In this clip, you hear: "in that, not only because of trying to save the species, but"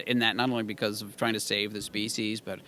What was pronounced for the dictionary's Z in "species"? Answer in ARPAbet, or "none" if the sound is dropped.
Z